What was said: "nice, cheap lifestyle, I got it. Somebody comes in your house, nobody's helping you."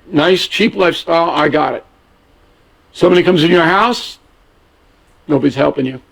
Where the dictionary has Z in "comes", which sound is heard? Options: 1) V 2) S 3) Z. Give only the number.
3